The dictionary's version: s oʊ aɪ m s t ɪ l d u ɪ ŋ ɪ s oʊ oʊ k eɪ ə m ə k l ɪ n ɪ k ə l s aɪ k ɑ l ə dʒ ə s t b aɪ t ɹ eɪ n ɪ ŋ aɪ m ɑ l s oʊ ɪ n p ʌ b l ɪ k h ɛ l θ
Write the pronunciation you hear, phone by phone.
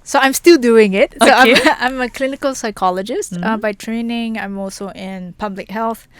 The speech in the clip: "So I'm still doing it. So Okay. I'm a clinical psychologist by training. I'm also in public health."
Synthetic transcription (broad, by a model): s oʊ aɪ m s t ɪ l d u ɪ ŋ ɪ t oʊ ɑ ɑ ə m ə k l ɪ n ɪ k ə l s aɪ k ɑ l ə dʒ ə s t b aɪ t ɹ eɪ n ɪ ŋ aɪ m ɑ l s oʊ ɪ n p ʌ b l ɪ k h ɛ l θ